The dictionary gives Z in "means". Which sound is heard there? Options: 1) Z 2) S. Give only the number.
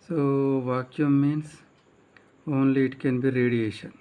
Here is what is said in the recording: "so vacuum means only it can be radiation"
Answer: 2